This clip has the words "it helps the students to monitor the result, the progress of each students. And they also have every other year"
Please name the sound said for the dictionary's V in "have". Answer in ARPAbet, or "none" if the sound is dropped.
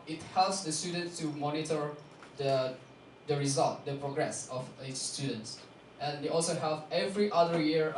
P